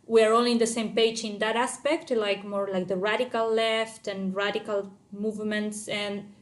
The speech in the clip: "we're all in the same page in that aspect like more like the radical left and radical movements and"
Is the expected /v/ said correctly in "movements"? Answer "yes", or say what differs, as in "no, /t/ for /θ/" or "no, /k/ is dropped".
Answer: yes